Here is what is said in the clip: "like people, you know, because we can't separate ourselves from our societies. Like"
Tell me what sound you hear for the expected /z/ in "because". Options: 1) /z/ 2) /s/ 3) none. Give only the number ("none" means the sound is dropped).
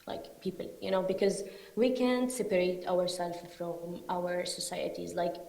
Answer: 1